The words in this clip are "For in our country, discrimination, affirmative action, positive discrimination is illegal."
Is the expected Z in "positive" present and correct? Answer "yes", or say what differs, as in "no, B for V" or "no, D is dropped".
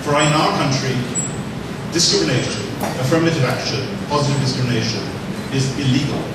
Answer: yes